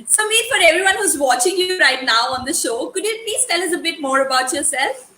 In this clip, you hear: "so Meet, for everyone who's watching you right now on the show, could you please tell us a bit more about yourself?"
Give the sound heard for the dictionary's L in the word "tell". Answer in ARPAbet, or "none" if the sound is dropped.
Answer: L